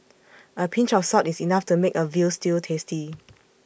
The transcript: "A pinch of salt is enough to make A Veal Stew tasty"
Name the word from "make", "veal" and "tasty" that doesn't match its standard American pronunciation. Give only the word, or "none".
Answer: none